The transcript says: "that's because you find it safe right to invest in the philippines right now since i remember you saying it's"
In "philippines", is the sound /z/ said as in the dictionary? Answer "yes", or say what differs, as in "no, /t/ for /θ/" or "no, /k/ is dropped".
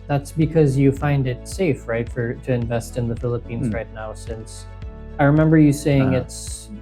yes